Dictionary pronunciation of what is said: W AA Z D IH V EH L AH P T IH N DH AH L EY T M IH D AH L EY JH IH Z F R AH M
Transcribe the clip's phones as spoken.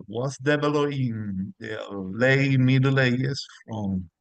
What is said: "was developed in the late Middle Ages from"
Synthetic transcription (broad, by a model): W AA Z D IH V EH L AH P IH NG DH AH L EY M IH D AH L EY IH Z F R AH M